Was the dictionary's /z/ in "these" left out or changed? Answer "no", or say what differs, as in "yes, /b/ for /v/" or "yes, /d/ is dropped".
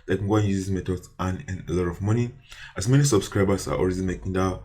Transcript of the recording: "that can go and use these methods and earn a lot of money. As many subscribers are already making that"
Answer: yes, /z/ is dropped